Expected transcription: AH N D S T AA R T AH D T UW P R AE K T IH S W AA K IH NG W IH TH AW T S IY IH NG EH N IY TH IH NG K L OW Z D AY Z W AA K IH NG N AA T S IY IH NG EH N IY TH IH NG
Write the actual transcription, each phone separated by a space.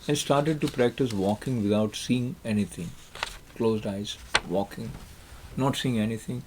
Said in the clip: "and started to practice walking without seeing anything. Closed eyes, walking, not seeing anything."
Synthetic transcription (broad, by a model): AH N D S T AA R T AH D T UW P R AE K T IH S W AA K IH NG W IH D AW T S IY IH NG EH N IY T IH NG K L OW Z D AY Z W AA K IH NG N AA T S IY IH NG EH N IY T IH NG